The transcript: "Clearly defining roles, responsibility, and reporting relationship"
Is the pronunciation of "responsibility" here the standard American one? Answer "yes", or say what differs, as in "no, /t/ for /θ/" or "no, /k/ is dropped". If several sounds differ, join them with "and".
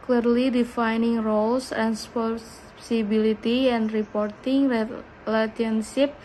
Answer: no, /n/ is dropped